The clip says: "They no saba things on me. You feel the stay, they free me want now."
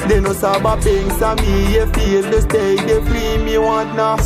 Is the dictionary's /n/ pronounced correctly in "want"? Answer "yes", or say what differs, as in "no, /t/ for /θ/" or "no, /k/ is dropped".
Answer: no, /n/ is dropped